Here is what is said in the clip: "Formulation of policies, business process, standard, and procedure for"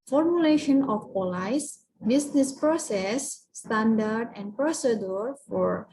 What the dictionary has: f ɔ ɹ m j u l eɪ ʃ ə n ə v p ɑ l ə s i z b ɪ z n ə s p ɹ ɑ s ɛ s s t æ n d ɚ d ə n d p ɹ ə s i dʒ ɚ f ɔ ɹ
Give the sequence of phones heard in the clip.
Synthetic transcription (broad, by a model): f ɔ ɹ m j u l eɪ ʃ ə n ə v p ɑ l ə i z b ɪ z n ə s p ɹ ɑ s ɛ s s t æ n d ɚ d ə n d p ɹ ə s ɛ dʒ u f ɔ ɹ